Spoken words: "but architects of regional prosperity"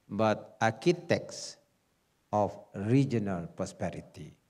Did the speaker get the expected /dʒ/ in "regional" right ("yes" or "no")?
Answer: yes